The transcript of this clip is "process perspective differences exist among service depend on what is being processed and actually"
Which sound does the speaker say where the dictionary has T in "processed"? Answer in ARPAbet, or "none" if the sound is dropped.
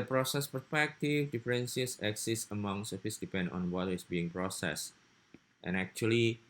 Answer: T